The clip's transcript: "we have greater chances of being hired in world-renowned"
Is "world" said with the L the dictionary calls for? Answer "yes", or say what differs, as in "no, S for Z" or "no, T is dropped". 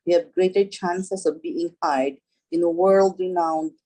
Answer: yes